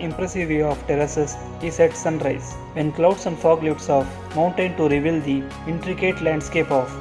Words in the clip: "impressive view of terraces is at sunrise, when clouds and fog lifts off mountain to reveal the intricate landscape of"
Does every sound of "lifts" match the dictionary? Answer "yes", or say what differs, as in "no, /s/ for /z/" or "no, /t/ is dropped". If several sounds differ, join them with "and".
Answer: no, /f/ is dropped